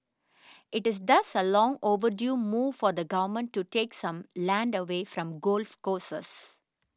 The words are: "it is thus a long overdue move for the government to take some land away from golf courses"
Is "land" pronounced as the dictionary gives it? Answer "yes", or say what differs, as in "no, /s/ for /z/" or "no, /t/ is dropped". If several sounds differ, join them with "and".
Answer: yes